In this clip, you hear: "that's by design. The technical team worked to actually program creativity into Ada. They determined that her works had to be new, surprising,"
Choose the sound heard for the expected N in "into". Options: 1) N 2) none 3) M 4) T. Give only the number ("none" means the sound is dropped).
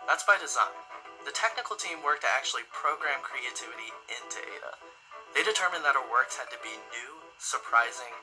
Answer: 1